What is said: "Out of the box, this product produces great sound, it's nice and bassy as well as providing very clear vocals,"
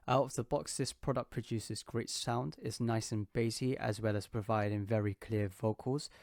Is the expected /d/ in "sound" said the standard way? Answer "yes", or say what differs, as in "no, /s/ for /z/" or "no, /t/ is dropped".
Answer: yes